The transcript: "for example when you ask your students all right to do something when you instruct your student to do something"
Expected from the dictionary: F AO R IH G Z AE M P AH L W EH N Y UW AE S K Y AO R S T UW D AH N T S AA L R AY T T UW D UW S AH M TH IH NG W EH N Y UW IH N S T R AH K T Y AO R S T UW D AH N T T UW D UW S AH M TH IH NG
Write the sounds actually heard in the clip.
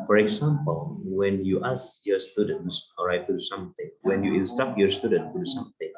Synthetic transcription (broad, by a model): F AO R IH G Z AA M P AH L W EH N Y UW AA S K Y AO S T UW D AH N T S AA R AY T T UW D UW S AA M T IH NG W EH N Y UW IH N S T AA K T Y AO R S T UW D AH N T T UW D UW S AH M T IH NG